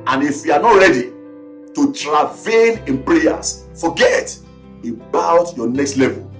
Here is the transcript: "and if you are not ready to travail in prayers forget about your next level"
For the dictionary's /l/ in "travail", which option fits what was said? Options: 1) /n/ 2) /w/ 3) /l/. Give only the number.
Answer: 1